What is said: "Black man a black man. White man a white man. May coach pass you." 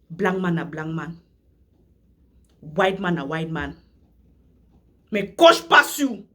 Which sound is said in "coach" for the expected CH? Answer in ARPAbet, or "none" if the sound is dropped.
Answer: SH